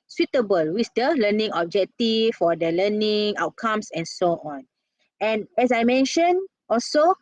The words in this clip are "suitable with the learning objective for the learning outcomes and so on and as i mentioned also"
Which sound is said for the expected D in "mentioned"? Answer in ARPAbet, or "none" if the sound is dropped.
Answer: none